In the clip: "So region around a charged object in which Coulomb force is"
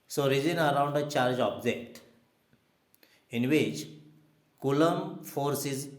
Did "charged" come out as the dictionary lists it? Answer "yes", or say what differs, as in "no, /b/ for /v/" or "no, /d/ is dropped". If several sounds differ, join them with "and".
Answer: no, /d/ is dropped